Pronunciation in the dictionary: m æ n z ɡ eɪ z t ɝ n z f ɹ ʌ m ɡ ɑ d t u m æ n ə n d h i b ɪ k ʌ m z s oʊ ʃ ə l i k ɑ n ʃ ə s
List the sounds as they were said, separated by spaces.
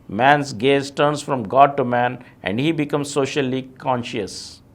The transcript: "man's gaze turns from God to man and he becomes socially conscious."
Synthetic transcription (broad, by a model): m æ n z ɡ eɪ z t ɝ n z f ɹ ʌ m ɡ ɑ d t u m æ n ə n d h i b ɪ k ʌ m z s oʊ ʃ ə l i k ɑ n ʃ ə s